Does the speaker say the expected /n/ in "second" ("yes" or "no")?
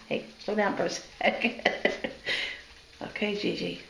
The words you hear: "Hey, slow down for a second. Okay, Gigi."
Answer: no